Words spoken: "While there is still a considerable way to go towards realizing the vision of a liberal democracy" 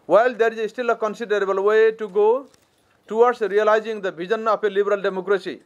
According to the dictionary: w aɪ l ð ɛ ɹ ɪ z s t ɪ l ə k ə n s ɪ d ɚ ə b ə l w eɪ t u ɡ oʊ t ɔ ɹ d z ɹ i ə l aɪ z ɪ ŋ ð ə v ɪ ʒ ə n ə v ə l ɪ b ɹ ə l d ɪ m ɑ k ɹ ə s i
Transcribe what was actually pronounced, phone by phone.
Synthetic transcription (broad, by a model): w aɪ l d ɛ ɹ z s t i l ə k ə n s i d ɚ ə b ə l w eɪ t u ɡ oʊ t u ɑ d s ɹ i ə l aɪ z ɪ ŋ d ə b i z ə n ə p ə l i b ɹ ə l d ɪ m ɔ k ɹ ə s i